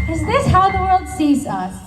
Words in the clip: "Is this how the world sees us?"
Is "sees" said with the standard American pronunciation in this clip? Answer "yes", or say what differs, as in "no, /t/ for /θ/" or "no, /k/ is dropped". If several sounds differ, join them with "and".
yes